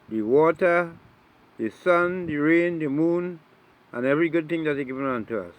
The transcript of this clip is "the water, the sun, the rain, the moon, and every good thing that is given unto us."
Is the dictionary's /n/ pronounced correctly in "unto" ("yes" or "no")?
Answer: yes